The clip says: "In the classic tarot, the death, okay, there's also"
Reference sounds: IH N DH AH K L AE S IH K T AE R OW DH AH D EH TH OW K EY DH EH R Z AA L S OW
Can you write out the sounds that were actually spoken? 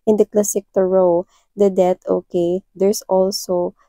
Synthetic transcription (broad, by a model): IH N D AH K L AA S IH K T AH R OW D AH D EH T OW K EY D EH R S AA L S OW